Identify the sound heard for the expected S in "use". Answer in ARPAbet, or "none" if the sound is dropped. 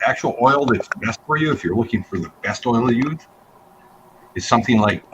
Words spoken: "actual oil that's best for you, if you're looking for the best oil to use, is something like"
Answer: none